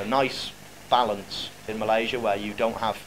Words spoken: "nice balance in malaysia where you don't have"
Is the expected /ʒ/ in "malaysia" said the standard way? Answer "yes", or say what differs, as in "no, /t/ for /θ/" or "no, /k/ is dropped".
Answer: yes